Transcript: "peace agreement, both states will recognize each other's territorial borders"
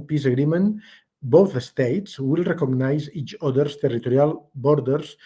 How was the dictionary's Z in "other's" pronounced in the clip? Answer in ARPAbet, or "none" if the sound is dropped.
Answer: S